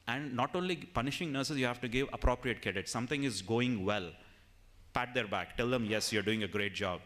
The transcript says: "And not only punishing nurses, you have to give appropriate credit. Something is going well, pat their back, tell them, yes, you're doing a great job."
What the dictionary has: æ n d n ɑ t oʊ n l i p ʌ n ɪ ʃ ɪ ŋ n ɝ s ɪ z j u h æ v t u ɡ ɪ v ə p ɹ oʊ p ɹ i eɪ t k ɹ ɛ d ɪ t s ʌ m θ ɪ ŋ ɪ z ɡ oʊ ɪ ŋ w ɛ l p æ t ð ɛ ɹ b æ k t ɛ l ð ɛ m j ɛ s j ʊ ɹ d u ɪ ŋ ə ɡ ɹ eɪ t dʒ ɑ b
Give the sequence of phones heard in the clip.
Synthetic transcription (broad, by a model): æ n d n ɑ t oʊ n l i p ʌ n ɪ ʃ ɪ ŋ n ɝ s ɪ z j u h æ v t u ɡ ɪ v ə p ɹ oʊ p ɹ i eɪ t k ɛ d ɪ t s ʌ m t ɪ ŋ ɪ z ɡ oʊ ɪ ŋ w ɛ l p æ t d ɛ ɹ b æ k t ɛ l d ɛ m j ɛ s j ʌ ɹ d u ɪ ŋ ə ɡ ɹ eɪ t dʒ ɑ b